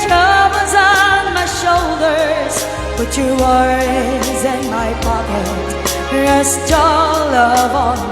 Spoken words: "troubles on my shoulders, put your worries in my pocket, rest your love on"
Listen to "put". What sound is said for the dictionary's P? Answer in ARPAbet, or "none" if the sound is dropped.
B